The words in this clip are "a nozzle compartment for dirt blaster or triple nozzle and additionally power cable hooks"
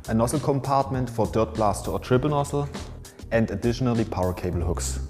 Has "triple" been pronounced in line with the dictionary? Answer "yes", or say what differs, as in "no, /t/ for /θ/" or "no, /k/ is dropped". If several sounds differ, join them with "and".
no, /b/ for /p/